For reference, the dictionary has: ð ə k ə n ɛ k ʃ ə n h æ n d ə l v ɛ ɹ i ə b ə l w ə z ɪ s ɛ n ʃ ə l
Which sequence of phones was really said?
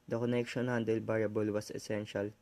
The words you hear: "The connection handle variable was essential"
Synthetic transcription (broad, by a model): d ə k ə n ɛ k ʃ ə n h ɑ n d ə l b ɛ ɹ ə b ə l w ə s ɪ s ɛ n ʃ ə l